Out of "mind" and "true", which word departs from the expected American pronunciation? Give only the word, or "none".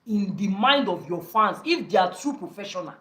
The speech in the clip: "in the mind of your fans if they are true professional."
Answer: none